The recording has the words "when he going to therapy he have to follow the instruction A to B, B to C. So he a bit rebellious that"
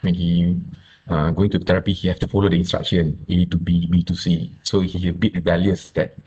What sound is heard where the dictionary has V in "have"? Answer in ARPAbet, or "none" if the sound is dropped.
F